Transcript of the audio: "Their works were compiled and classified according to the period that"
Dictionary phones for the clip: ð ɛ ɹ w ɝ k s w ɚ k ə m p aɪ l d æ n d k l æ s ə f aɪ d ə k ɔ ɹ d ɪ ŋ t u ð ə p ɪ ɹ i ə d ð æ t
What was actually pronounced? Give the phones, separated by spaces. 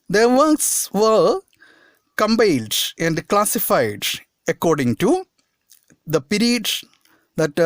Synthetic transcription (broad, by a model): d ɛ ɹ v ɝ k s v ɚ k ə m b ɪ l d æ n d k l æ s ə f aɪ d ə k ɔ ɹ d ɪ ŋ t u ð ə p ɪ ɹ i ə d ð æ t